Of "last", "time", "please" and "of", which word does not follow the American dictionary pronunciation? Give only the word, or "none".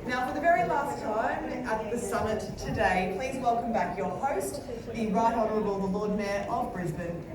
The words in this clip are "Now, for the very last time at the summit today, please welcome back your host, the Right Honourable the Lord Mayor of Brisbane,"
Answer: none